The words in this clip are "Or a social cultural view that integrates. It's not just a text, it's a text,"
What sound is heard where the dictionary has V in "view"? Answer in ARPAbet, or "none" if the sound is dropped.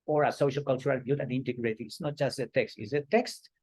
B